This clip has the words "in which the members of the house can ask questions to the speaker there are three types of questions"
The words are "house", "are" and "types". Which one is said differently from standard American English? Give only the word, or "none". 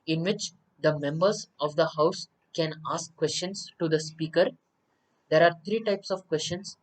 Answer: none